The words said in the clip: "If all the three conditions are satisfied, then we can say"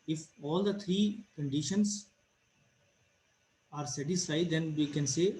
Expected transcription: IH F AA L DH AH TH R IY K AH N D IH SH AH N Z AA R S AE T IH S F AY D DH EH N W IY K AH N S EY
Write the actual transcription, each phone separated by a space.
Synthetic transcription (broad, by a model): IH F AA L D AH T R IY K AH N D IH SH AH N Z AA R S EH T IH S F AY D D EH N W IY K AH N S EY